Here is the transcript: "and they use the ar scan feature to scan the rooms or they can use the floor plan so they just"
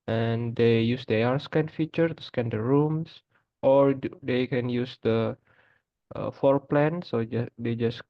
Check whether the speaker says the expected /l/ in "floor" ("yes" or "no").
no